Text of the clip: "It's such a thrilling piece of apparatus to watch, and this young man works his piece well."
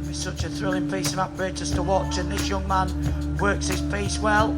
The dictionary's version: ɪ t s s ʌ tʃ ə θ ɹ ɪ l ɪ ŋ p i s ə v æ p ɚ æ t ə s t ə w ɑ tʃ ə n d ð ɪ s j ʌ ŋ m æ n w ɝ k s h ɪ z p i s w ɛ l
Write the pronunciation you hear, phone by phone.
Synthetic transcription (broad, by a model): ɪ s s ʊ tʃ ə θ ɹ ɪ l ɪ ŋ p i s ə v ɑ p ɚ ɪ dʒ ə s t ə w ɑ tʃ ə n ð ɪ s j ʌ ŋ m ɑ n w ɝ k s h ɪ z p i s w ɛ l